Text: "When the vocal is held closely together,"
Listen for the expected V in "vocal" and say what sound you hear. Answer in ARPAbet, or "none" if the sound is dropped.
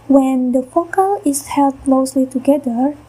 F